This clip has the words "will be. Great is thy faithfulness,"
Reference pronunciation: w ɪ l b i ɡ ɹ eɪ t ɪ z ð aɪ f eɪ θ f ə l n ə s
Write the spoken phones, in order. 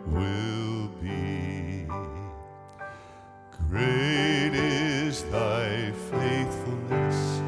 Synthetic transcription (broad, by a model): w ɪ l b i ɡ ɹ eɪ t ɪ s ð aɪ f eɪ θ f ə l n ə s